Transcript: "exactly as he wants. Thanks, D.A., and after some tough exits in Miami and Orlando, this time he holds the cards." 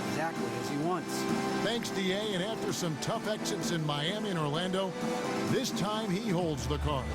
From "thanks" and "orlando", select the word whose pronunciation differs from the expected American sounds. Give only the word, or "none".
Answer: none